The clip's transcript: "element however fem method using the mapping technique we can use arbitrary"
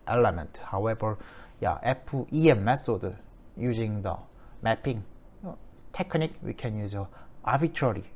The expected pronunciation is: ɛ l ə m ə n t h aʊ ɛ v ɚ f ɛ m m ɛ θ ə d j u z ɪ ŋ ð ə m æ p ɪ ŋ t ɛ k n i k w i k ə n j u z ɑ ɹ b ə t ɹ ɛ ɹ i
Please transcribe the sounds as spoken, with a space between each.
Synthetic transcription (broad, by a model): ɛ l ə m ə n t h aʊ ɛ v ɚ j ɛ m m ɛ s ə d j u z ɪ ŋ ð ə m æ p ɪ ŋ t ɛ k n i k w i k ə n j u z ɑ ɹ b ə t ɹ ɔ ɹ i